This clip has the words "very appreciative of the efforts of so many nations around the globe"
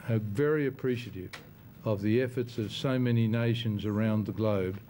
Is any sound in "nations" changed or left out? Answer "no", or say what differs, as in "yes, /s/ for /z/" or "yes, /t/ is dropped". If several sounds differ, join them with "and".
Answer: no